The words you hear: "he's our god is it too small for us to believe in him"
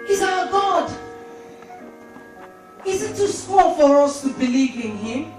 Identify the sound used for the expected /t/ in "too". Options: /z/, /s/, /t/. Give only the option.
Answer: /t/